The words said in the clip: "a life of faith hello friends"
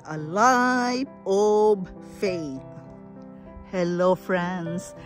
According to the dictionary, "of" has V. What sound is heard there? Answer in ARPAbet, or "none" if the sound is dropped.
B